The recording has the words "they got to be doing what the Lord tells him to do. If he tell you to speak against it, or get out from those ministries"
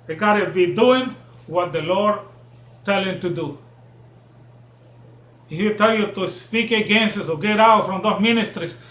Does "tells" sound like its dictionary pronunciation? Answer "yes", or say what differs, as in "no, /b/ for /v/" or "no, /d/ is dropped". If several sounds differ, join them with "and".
no, /z/ is dropped